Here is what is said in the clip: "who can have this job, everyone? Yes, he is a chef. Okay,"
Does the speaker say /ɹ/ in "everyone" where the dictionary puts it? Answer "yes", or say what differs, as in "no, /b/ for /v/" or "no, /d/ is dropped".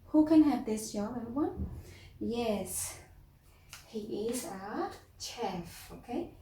no, /ɹ/ is dropped